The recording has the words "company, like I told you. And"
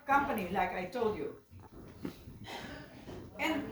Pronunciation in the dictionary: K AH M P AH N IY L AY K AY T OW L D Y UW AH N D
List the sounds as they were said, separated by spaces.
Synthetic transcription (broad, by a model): K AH M P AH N IY L AY K AY T OW L D Y UW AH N